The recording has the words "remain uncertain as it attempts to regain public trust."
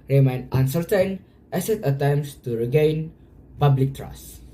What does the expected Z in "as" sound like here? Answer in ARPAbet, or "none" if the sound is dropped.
S